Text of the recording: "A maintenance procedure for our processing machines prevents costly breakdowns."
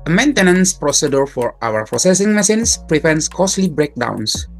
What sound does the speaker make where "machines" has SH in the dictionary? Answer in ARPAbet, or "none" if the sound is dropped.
S